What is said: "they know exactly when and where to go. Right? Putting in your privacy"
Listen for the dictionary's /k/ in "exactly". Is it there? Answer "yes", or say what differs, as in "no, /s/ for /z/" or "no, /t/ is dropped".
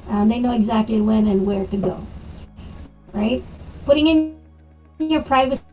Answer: yes